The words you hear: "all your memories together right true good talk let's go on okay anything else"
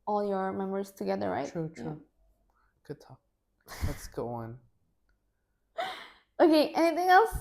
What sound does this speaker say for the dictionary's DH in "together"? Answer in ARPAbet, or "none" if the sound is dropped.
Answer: DH